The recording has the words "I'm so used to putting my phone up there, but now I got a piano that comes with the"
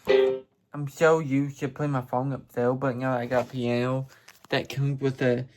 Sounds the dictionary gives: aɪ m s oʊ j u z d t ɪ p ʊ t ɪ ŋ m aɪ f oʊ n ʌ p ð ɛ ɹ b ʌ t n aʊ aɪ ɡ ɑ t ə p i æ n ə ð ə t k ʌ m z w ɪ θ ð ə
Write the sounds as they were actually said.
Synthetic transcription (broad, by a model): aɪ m ʃ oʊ j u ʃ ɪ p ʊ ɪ m aɪ f oʊ n ʌ p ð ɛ l b ʌ t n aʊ aɪ ɡ ɑ t ə p i æ n ə ð ə t k ʌ m z w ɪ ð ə